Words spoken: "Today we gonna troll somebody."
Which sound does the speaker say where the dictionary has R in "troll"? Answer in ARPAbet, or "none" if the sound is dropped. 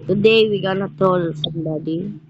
none